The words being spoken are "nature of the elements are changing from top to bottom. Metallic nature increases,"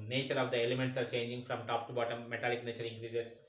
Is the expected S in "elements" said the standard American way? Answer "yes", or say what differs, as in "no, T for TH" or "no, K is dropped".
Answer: yes